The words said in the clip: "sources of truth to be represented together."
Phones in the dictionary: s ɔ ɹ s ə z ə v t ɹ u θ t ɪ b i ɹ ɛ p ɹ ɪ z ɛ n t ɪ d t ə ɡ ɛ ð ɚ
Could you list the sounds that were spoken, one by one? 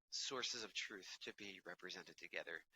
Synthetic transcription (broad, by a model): s ɔ ɹ s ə z ə v t ɹ u θ t ɪ b i ɹ ɛ p ɹ ɪ z ɛ n t ɪ d t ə ɡ ɛ ð ɚ